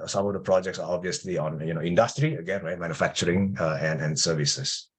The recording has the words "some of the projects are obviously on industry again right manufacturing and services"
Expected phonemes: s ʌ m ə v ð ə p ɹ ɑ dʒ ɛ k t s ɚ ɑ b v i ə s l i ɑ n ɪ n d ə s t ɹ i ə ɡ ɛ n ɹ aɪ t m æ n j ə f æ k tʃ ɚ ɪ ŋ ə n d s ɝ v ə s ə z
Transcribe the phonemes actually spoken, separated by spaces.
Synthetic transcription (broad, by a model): s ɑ m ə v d ə p ɹ ɑ dʒ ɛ k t s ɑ ɑ b v i ə s l i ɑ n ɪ n d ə s t ɹ i ə ɡ ɛ n ɹ aɪ t m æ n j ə f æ k tʃ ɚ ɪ ŋ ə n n s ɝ v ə s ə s